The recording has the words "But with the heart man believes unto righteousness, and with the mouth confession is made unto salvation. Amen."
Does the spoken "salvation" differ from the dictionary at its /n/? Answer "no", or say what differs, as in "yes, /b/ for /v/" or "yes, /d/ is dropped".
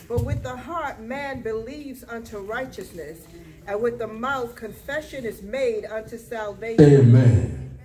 yes, /n/ is dropped